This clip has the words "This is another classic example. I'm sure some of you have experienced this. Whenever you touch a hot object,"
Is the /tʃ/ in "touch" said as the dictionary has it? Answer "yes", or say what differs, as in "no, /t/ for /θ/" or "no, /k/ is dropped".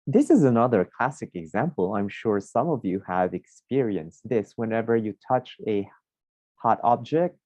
yes